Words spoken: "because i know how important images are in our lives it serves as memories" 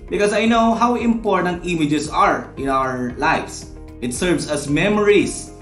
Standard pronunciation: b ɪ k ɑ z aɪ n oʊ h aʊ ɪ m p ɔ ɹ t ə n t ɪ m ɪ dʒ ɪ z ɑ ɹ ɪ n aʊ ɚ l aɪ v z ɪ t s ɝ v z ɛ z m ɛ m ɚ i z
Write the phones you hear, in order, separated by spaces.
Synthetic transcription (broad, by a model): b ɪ k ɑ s aɪ n oʊ h aʊ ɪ m p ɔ ɹ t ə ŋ t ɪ m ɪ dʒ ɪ s ɑ ɹ ɪ n aʊ ɚ l aɪ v s ɪ t s ɝ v s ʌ s m ɛ m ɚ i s